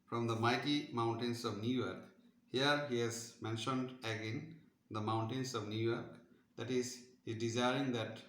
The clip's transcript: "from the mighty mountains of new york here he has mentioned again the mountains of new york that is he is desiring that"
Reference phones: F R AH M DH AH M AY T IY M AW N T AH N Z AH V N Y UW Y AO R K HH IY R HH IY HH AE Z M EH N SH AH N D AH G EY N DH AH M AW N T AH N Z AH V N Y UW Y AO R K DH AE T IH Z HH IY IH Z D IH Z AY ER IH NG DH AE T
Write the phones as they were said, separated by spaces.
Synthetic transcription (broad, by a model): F R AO M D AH M AY T IY M AW N T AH N S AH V N Y UW Y AO R K HH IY R HH IY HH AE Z M EH N SH AH N D AH G EY N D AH M AW N T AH N S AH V N Y UW Y AO R K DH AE T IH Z HH IY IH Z D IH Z AY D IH NG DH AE T